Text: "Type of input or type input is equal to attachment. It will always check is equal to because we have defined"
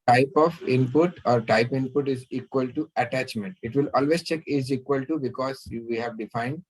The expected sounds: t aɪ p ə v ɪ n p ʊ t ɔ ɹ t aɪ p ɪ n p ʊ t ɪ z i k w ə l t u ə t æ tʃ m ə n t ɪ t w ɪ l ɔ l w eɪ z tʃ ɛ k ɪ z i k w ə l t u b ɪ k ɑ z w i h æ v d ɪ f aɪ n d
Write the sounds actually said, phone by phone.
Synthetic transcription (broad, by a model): t aɪ p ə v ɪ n p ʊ t ɔ ɹ t aɪ p ɪ n p ʊ t ɪ z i k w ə l t u ə t æ tʃ m ə n t ɪ t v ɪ l ɔ l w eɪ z tʃ ɛ k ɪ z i k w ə l t u b ɪ k ɑ z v i h æ v d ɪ f aɪ n d